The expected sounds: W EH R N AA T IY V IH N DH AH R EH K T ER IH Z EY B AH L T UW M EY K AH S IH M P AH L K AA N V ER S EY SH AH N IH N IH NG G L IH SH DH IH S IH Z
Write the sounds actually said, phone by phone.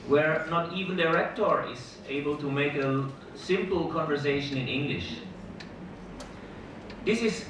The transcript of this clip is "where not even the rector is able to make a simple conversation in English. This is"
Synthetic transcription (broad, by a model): W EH R N AA T IY V IH N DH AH R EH K T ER IH Z EY B AH L T UW M EY K AH S IH M P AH L K AA N V ER S EY SH AH N IH N IH NG G L IH SH DH IH S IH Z